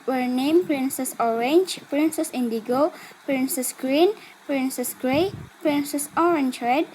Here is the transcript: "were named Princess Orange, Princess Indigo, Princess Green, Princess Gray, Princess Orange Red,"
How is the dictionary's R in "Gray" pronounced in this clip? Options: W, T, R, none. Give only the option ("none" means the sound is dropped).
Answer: none